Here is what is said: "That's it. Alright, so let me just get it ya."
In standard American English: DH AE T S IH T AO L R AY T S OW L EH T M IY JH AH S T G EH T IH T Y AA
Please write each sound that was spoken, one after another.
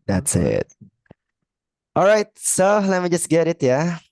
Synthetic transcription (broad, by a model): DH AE T S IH T AO L R AY T S OW L EH T M IY JH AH S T G EH T IH T Y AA